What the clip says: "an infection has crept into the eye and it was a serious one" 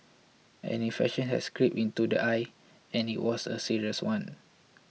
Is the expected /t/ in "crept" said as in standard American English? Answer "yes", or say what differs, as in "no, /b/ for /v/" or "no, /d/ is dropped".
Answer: no, /t/ is dropped